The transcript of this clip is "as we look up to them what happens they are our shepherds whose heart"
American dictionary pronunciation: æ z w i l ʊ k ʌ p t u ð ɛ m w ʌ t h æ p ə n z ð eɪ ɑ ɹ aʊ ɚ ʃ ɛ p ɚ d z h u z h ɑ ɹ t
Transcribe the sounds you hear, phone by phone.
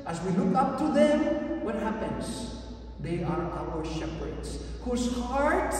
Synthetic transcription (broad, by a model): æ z w i l ʊ k ʌ p t u ð ɛ m w ʌ t h æ p ə n z ð eɪ ɑ ɹ aʊ ɚ ʃ ɛ p ɚ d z h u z h ɑ ɹ t